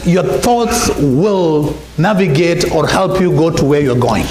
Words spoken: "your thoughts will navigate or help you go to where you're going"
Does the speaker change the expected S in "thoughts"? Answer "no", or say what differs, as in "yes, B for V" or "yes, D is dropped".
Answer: no